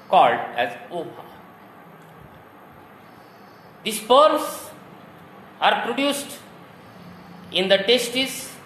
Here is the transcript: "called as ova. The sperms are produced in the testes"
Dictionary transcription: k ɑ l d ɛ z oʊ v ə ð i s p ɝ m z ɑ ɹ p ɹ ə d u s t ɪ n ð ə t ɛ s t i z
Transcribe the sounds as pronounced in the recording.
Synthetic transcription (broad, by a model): k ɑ l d ɛ z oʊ p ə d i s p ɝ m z ɑ ɹ p ɹ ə d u s t ɪ n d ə t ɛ s t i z